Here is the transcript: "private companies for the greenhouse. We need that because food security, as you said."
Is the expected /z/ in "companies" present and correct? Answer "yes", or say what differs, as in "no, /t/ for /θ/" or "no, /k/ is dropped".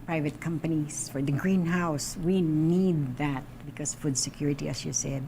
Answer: no, /s/ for /z/